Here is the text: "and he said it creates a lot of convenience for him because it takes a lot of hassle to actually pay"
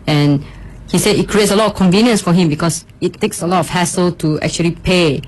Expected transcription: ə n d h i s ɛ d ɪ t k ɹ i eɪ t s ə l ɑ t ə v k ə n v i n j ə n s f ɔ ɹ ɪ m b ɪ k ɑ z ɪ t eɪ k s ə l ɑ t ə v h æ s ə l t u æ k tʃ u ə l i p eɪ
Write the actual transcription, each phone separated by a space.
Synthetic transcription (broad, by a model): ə n h i s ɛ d ɪ t k ɹ i eɪ t s ə l ɑ t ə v k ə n v i n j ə n s f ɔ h ɪ m b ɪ k ɑ s ɪ t eɪ k s ə l ɑ t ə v h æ s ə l t u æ k tʃ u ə l i p eɪ